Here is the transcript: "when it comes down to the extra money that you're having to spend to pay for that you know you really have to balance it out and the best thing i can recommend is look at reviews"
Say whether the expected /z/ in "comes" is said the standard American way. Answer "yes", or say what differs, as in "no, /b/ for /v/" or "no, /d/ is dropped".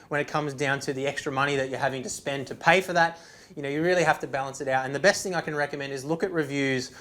yes